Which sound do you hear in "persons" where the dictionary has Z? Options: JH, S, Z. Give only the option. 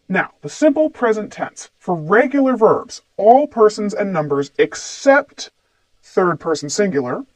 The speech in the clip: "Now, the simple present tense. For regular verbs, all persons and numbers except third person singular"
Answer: Z